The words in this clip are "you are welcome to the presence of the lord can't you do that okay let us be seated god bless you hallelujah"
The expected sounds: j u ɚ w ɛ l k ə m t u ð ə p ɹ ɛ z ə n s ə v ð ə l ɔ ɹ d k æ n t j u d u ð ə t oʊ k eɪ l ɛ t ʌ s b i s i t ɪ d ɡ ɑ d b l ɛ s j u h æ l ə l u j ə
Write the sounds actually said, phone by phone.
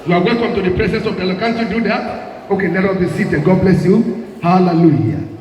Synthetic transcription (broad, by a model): j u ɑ w ɛ l k ə m t u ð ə p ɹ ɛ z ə n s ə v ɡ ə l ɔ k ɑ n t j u d u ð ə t oʊ k eɪ n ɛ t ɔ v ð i s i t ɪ ɡ ɑ d b l ɛ s j u h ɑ l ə l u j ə